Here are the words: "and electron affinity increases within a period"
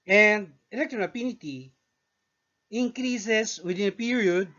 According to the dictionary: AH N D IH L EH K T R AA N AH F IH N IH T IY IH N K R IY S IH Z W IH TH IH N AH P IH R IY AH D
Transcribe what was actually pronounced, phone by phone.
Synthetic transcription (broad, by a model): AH N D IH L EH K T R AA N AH P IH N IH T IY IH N K R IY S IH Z W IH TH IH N AH P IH R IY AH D